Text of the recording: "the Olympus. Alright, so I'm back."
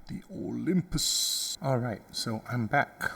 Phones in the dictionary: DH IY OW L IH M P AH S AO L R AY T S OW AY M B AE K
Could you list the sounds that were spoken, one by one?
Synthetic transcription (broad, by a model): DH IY OW L IH M P AH S AO L R AY T S OW AY M B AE K